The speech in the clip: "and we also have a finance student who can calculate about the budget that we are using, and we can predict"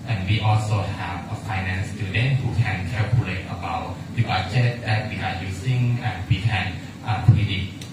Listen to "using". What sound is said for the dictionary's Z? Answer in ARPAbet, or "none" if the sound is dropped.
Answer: S